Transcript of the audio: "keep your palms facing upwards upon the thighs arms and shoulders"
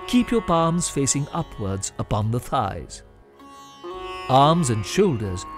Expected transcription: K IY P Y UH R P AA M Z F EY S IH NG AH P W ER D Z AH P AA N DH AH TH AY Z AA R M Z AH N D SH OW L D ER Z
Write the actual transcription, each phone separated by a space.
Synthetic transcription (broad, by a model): K IY P Y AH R P AA M Z F EY S IH NG AH P W ER D Z AH P AA N DH AH TH AY Z AA R M Z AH N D SH OW L D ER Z